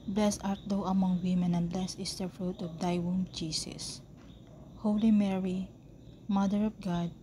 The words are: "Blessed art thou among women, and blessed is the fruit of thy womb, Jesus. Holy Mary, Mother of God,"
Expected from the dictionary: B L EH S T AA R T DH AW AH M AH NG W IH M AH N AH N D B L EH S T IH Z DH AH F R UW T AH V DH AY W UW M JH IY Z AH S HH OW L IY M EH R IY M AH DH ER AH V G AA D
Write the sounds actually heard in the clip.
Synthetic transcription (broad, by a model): B L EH S AA R T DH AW AH M AH NG W IH M AH N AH N B L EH S IH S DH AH F R UW T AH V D AY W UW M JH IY S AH S HH OW L IY M EH R IY M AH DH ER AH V G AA D